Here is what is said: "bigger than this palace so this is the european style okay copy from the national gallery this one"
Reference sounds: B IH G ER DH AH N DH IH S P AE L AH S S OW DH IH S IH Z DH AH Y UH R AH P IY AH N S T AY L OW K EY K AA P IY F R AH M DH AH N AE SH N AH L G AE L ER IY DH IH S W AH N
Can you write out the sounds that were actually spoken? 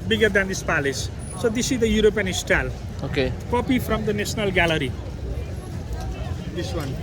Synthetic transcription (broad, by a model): B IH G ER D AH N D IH S P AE L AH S S OW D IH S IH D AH Y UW R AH P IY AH N S T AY L OW K EY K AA P IY F R AH M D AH N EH S N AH L G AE L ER IY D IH S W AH N